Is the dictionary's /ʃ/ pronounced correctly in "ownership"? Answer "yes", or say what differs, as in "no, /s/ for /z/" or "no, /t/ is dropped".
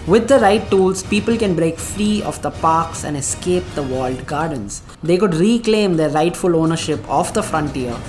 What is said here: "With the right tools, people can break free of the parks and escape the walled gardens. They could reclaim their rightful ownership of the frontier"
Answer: yes